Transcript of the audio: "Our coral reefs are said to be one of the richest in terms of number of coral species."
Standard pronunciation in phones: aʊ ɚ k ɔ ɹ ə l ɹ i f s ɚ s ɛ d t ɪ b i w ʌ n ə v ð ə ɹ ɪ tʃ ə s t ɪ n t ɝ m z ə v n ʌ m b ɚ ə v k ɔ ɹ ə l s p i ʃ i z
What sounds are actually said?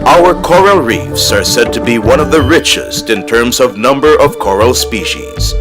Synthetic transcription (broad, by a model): aʊ ɚ k ɔ ɹ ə l ɹ i f s ɚ s ɛ d t ɪ b i w ʌ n ə v ð ə ɹ ɪ tʃ ə s t ɪ n t ɝ m z ə v n ʌ m b ɚ ə v k ɔ ɹ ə l s p i ʃ i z